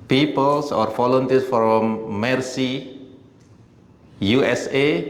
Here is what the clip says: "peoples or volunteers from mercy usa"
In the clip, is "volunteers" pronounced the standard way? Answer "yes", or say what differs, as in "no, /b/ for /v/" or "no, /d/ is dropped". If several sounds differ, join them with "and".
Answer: no, /f/ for /v/